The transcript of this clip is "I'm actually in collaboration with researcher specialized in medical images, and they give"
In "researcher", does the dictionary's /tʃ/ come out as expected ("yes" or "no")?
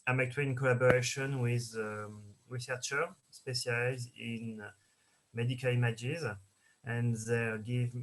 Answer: yes